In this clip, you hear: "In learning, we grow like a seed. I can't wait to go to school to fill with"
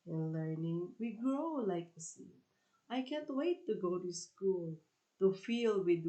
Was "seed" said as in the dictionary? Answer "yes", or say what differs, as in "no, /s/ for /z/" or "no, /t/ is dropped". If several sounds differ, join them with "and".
no, /d/ is dropped